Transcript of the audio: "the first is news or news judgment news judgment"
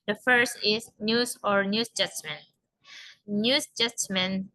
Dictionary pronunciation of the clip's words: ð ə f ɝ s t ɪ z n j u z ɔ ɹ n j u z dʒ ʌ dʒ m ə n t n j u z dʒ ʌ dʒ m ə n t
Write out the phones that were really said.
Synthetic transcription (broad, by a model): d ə f ɝ s t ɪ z n j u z ɔ ɹ n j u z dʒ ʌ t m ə n n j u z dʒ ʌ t m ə n